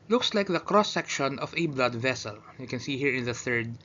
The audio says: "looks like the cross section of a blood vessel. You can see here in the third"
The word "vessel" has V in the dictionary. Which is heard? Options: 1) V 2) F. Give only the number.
1